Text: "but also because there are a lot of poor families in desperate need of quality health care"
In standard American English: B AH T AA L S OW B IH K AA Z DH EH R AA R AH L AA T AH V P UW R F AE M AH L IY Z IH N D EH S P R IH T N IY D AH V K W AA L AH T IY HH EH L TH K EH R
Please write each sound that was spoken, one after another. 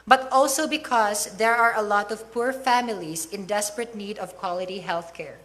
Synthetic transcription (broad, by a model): B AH T AA L S OW B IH K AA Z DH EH R AA R AH L AA T AH V P UW R F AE M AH L IY S IH N D EH S P R IH T N IY D AH V K W AA L AH T IY HH EH L TH K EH R